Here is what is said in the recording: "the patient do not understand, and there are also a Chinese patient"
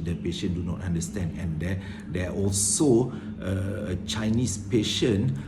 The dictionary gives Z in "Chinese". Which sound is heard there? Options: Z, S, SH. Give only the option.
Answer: S